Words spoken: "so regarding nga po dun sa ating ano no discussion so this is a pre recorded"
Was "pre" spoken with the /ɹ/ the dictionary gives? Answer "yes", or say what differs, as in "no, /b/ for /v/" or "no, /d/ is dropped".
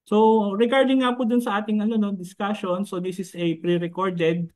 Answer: yes